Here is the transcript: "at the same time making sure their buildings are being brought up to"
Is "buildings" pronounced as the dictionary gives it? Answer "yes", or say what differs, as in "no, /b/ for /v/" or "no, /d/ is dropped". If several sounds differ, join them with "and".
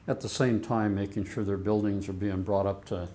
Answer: yes